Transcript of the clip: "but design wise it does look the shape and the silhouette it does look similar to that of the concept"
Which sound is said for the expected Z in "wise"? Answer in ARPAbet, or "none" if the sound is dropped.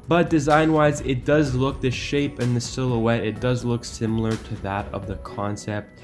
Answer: Z